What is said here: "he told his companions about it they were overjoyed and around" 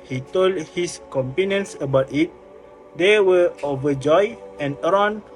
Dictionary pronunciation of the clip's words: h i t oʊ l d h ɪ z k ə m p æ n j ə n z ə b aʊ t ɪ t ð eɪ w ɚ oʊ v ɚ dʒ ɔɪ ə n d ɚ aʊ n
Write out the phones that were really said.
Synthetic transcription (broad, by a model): h i t oʊ l d h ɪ s k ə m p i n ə n s ə b aʊ t ɪ t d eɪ w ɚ oʊ v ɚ dʒ ɔɪ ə n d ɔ n